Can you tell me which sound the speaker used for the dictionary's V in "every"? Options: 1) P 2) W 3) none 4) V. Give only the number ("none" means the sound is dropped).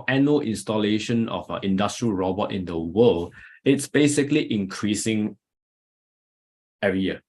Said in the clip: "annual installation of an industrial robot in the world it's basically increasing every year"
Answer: 3